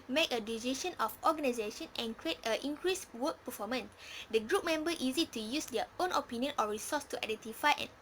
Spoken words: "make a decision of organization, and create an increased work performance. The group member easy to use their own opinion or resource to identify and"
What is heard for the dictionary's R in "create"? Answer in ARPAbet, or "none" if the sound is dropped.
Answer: R